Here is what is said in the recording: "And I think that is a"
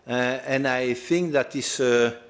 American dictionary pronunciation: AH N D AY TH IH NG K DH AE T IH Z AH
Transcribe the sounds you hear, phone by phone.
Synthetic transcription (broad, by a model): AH N AY TH IH NG K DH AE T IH S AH